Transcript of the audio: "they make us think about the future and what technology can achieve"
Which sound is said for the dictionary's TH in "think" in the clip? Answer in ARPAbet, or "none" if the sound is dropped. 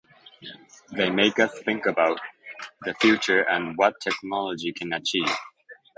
TH